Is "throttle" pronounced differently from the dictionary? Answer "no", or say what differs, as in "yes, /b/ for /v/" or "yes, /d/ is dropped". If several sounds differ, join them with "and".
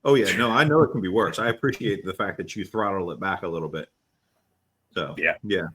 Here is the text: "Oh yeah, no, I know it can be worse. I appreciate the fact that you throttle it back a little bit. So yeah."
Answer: no